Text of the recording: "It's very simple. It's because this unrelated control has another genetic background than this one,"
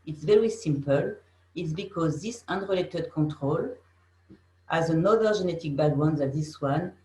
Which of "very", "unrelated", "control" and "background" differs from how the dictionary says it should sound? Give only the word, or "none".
background